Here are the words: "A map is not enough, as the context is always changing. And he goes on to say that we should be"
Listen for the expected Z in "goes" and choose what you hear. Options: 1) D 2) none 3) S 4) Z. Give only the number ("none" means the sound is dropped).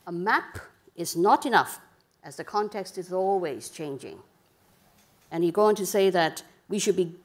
2